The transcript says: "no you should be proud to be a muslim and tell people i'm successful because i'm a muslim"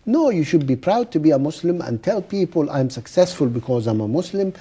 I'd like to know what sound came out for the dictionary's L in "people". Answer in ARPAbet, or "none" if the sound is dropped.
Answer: L